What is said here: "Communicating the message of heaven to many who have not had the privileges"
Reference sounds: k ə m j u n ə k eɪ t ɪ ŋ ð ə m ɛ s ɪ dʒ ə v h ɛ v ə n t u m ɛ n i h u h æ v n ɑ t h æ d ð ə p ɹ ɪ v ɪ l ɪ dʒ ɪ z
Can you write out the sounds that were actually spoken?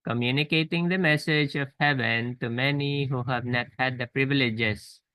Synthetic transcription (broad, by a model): k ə m j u n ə k eɪ t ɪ ŋ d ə m ɛ s ɪ dʒ ə v h ɛ v ə n t u m ɛ n i h u h æ v n ɑ t h æ d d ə p ɹ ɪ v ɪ l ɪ dʒ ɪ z